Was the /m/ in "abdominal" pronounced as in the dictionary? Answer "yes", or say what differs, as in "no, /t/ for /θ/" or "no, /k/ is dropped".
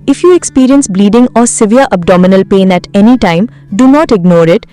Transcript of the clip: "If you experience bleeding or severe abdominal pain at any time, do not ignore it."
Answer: yes